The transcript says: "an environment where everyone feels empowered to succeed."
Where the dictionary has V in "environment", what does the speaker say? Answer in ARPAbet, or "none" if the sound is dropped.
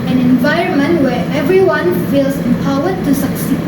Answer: V